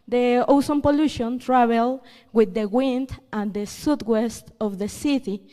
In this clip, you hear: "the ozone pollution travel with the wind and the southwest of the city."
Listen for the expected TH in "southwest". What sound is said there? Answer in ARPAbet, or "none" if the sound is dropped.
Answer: T